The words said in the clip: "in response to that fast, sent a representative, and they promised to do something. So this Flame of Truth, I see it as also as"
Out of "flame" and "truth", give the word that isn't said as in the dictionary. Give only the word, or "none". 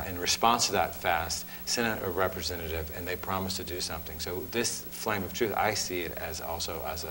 none